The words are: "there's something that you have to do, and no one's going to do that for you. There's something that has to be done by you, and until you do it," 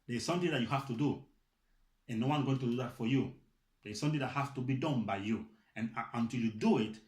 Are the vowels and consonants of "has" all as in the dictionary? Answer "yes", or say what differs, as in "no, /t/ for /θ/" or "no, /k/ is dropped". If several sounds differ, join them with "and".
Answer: no, /s/ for /z/